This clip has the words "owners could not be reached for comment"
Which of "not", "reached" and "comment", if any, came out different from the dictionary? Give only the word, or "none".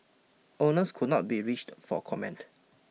none